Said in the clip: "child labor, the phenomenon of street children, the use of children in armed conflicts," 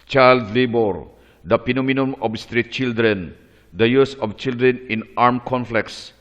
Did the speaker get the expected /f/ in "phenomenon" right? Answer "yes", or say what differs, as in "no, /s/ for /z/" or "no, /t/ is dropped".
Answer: no, /p/ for /f/